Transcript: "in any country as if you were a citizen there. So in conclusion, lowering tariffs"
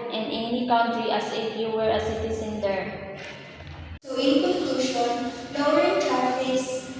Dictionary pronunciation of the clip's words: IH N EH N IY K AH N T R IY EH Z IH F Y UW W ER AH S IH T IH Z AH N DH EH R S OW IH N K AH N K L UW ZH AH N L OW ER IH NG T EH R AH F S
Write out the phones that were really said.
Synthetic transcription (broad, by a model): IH N EH N IY K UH N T R IY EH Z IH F Y UW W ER AH S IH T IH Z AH N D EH R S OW IH N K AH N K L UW SH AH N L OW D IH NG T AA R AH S